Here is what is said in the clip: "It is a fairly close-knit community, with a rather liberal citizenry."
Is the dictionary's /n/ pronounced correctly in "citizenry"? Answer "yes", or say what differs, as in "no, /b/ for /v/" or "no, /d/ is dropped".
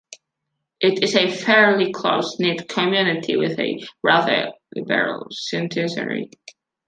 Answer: no, /n/ is dropped